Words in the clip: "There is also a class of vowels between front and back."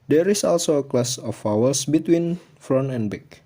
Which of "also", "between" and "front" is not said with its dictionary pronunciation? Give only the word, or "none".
front